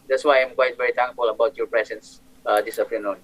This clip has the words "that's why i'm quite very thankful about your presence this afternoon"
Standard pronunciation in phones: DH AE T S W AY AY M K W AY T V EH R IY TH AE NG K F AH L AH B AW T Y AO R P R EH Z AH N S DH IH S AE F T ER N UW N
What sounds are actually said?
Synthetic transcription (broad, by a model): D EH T S W AY AY M K W AY T V EH R IY T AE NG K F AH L AH B AW T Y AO P R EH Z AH N S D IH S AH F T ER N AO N